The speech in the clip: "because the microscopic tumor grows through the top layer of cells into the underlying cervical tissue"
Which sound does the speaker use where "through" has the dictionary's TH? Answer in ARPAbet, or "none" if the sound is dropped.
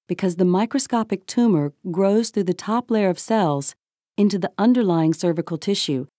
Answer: TH